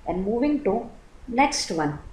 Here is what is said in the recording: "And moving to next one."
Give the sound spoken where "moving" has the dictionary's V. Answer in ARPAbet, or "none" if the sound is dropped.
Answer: V